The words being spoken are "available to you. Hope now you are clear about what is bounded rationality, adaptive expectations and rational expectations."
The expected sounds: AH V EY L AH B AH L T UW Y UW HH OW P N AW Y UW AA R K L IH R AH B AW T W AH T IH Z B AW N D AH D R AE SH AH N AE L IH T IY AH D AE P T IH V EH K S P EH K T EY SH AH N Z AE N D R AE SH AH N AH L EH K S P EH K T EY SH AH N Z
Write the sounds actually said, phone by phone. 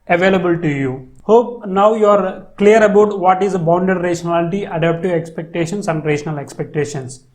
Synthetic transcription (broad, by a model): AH V EY L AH B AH L T UW Y UW HH OW P N AW Y UW AA R K L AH R AH B AW T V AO T IH Z B AW N D AH D R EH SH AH N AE L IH T IY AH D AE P T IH EH K S P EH K T EY SH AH N S AE N D R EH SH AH N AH L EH K S P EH K T EY SH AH N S